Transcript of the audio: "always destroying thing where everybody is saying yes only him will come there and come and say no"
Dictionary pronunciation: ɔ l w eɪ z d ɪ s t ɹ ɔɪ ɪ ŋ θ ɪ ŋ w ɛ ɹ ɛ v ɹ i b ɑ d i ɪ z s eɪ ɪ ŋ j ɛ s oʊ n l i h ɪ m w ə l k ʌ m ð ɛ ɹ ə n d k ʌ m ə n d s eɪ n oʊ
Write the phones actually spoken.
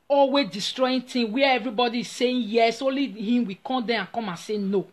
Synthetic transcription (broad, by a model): ɔ l w eɪ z d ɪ s t ɹ ɔɪ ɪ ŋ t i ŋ w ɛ ɛ v ɹ i b ɑ d i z s eɪ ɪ j ɛ s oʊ l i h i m w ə k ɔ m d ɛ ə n k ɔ m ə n s eɪ n oʊ